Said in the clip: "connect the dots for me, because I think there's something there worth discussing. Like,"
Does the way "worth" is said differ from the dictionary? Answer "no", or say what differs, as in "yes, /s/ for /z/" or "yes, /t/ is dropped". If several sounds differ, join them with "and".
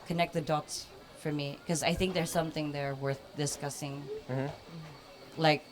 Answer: no